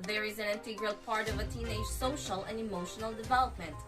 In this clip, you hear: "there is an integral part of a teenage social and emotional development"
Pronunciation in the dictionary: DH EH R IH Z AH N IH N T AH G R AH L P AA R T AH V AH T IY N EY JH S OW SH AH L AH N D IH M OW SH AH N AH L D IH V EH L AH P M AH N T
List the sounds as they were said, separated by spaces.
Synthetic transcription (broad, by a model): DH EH R IH Z AH N IH N T AH G R AH L P AA R T AH V AH T IY N EY JH S OW SH AH L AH N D IH M OW SH AH N AH L D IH V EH L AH P M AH N T